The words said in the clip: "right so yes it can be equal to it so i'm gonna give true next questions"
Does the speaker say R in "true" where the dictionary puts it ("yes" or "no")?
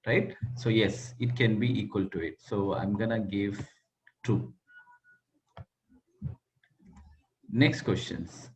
no